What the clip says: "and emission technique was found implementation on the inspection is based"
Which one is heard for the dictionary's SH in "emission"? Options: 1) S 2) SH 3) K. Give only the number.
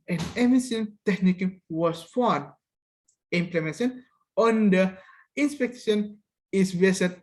1